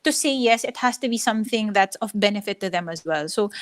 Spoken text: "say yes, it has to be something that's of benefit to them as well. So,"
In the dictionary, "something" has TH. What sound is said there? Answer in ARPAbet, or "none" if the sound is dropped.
TH